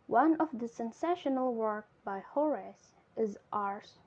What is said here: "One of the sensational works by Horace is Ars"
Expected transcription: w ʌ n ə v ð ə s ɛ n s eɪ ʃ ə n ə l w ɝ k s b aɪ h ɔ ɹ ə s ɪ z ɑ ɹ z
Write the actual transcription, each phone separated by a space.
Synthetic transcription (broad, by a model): w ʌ n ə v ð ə s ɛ n s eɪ ʃ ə n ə l w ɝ k b aɪ h ɔ ɹ ə s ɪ z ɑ ɹ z